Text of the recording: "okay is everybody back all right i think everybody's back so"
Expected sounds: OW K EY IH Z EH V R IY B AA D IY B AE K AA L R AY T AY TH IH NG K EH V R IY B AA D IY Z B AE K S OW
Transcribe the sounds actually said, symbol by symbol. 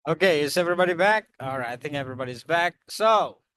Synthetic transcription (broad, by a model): OW K EY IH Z EH V R IY B AA D IY B AE K AA L R AY T AY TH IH NG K EH V R IY B AA D IY Z B AE K S OW